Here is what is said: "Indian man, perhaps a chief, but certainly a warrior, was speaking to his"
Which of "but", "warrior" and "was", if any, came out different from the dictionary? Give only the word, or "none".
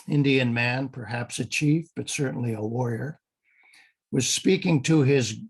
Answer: none